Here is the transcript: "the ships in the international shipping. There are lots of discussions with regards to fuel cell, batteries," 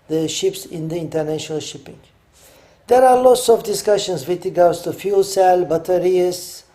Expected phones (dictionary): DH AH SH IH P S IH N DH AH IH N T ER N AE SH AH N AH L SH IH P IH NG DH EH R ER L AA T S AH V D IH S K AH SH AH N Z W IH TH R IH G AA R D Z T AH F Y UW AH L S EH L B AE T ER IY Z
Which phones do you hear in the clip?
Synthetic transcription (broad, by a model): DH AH SH IH P S IH N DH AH IH N T ER N AE SH AH N AH L SH IH P IH NG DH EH R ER L AA T S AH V D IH S K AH SH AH N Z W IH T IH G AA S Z T AH F Y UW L S EH L B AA T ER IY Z